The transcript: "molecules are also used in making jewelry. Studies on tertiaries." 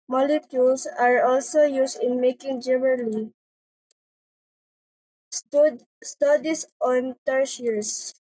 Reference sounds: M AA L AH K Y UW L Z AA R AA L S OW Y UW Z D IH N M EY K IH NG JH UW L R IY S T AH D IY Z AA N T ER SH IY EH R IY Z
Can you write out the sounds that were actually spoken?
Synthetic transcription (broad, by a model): M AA L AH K Y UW L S AA R AA L S OW Y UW S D IH N M EY K IH NG JH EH N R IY S T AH D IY S AA N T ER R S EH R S